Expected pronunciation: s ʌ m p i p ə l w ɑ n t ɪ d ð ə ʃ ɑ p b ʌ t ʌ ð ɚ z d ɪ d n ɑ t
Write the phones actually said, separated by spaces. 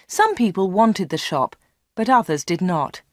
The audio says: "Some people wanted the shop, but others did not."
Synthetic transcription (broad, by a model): s ʌ m p i p ə l w ɑ n t ɪ d ð ə ʃ ɑ p b ʌ t ʌ ð ɚ z d ɪ d n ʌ t